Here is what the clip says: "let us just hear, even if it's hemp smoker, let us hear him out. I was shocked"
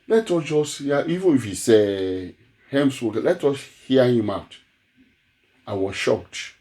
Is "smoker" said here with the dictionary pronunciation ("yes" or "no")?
no